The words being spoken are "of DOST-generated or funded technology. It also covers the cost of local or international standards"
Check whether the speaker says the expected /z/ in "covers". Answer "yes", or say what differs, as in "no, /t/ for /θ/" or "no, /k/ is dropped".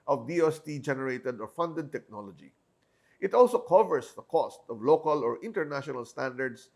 no, /s/ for /z/